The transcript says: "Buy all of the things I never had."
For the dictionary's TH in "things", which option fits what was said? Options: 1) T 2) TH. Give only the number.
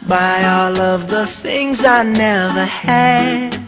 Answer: 2